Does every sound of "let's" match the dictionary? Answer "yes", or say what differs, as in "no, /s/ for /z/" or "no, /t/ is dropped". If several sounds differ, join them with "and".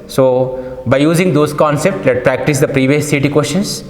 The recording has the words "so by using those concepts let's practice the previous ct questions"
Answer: no, /s/ is dropped